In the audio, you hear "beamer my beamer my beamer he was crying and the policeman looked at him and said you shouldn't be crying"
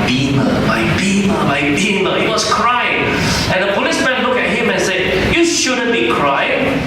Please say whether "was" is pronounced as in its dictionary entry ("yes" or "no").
no